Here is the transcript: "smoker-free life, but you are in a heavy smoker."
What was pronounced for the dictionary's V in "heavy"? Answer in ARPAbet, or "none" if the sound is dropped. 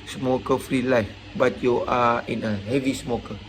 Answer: V